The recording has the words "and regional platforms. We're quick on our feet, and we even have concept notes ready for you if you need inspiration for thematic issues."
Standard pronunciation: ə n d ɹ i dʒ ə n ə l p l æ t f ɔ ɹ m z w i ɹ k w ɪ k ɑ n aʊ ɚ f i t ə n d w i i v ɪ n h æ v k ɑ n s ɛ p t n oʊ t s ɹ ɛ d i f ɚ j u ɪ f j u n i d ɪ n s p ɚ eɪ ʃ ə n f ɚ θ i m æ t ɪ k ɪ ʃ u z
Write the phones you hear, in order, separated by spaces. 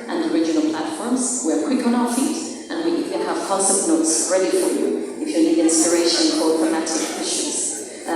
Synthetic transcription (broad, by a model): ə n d ɹ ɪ dʒ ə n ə l p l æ t f ɔ ɹ m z w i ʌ k w ɪ k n aʊ ɚ f i t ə n w i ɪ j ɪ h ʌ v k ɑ s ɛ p n oʊ t s ɹ ɛ d i f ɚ j u ɪ f j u l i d ɪ n s p ɚ eɪ ʃ ə n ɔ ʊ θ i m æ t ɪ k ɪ ʃ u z